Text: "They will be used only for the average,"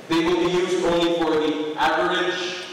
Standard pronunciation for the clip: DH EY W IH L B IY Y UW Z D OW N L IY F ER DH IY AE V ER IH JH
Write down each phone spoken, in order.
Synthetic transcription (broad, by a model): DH EY W IH L B IY Y UW Z D OW N L IY F ER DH IY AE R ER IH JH